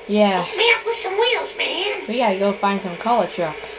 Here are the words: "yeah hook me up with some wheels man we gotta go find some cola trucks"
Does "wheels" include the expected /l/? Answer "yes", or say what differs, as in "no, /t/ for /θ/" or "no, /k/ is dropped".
yes